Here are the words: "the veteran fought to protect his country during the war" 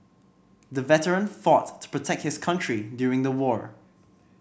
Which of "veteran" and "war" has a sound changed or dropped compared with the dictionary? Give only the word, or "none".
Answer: none